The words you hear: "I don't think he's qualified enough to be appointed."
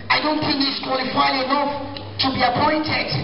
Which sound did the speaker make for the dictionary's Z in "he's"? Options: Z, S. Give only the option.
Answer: S